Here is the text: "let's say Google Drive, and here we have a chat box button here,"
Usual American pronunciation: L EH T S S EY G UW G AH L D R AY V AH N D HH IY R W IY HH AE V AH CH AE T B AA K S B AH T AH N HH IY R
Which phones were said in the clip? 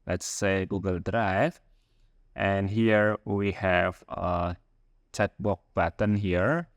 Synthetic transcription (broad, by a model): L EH T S S EY G UW G AH L D R AY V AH N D HH IY R W IY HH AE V AH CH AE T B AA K B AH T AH N HH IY R